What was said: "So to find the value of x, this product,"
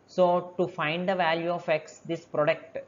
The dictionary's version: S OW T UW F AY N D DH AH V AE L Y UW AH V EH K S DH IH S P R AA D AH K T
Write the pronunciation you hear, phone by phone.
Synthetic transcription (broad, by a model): S OW T UW F AY N D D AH V AE L Y UW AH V EH K S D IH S P R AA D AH K T